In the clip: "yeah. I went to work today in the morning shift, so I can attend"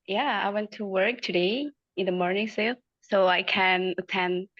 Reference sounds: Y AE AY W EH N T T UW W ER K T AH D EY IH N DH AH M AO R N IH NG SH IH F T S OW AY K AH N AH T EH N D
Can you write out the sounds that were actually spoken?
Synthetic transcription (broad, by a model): Y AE AY W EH N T T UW W ER K T AH D EY IH N DH AH M AO R N IH NG S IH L S OW AY K AH N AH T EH N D